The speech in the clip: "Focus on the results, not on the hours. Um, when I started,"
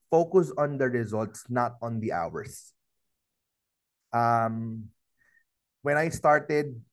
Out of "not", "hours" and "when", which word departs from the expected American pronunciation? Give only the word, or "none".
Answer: hours